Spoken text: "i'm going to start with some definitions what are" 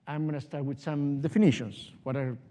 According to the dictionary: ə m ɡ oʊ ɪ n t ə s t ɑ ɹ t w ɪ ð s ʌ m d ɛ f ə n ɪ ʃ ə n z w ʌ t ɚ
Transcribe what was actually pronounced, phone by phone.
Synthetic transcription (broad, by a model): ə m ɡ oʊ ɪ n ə s t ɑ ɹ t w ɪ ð s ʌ m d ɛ f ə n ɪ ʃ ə n s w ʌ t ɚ